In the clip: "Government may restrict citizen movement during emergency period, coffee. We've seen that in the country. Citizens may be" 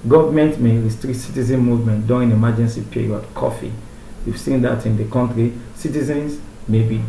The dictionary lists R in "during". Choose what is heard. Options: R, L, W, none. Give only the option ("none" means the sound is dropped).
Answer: none